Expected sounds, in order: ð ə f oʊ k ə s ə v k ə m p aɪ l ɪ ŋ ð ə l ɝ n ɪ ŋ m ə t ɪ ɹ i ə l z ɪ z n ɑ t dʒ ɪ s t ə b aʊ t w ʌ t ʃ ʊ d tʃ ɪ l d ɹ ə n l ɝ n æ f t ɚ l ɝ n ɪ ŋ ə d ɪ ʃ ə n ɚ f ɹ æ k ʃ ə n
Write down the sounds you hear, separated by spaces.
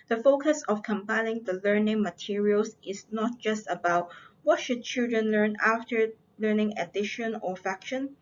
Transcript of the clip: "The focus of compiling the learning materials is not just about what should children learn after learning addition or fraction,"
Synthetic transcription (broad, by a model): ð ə f oʊ k ə s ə f k ə m p aɪ l ɪ ŋ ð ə l ɝ n ɪ ŋ m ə t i ɹ i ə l s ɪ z n ɑ t dʒ ɪ s t ə b aʊ t w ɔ t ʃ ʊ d tʃ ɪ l d ɹ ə n l ɝ n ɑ f t ɚ l ɝ n ɪ ŋ ə d ɪ ʃ ə n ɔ f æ k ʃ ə n